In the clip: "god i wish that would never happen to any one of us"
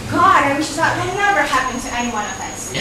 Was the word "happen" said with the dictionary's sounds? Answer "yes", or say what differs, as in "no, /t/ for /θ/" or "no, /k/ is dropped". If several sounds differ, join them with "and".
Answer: yes